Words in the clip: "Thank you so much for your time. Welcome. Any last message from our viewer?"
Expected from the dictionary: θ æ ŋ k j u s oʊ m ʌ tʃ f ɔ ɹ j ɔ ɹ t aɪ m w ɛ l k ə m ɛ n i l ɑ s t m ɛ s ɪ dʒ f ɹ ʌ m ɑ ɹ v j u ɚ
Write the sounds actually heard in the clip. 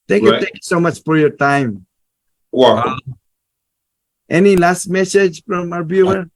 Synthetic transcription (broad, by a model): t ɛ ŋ k j u s oʊ m ʌ tʃ f ɔ ɹ j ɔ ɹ t aɪ m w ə ɛ n i l ɑ s t m ɛ s ɪ dʒ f ɹ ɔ m ɑ ɹ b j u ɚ